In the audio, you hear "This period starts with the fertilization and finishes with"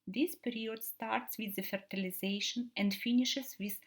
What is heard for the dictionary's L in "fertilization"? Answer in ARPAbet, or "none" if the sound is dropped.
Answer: L